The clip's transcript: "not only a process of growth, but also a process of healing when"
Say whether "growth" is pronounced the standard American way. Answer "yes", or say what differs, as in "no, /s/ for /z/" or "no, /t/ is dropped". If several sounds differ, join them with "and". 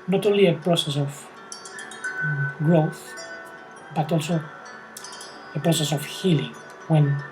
yes